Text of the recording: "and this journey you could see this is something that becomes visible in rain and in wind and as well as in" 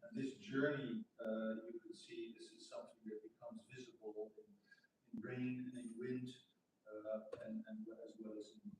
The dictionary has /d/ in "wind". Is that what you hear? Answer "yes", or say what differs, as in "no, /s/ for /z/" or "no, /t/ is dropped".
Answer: yes